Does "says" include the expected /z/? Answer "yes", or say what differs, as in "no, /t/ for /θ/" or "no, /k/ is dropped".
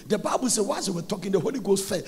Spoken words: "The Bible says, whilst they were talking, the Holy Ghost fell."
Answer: no, /z/ is dropped